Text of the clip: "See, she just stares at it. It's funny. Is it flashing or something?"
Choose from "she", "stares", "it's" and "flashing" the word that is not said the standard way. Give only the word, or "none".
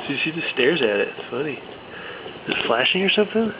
she